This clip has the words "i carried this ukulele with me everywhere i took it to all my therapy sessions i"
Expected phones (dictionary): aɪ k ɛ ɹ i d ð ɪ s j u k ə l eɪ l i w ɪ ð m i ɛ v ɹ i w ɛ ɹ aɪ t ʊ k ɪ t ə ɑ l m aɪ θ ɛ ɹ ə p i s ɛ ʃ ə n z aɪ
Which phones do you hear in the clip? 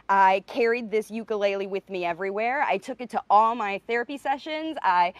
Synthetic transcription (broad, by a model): aɪ k ɛ ɹ i d ð ɪ s j u k ə l eɪ l i w ɪ ð m i ɛ v ɹ i w ɛ ɹ aɪ t ʊ k ɪ t ə ɑ l m aɪ θ ɛ ɹ ə p i s ɛ ʃ ə n z aɪ